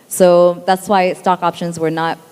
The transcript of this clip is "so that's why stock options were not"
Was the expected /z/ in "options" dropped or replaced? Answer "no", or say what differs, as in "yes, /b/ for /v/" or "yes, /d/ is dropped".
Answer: no